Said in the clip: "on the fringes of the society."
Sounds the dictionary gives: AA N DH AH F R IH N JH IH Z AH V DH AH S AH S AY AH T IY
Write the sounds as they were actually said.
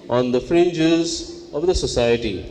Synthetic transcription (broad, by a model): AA N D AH F R IH N JH IH Z AH V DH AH S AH S AY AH T IY